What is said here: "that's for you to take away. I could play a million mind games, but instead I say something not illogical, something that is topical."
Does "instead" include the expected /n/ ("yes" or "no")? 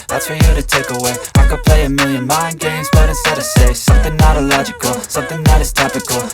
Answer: no